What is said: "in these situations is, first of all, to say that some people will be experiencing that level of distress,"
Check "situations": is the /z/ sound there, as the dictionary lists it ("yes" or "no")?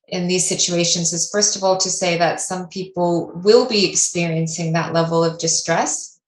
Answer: yes